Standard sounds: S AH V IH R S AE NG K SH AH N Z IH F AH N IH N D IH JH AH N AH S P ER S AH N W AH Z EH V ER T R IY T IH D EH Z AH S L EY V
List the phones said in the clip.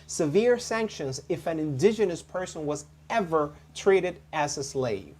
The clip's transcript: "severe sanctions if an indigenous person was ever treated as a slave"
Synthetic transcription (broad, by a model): S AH V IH R S AE NG K SH AH N Z IH F AH N IH N D IH JH AH N AH S P ER S AH N W AH Z EH V ER T R IY T IH D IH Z AH S L EY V